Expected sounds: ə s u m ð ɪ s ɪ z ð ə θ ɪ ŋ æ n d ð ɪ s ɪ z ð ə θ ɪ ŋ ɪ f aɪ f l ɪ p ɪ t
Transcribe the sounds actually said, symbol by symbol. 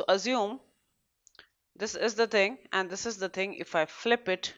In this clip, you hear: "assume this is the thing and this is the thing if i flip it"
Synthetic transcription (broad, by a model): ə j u m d ɪ s ɪ z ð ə t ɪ ŋ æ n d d ɪ s ɪ z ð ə t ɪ ŋ ɪ f aɪ f l ɪ p ɪ t